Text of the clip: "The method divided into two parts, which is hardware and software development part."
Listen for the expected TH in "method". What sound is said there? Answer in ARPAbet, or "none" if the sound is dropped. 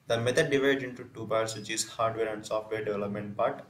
T